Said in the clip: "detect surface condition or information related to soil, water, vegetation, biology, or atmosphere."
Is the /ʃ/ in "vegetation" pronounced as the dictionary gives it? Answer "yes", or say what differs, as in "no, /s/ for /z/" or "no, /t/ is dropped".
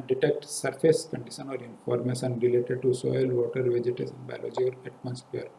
no, /s/ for /ʃ/